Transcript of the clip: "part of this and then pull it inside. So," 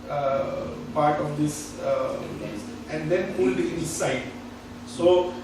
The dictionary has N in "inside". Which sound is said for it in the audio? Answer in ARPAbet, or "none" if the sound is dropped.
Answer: none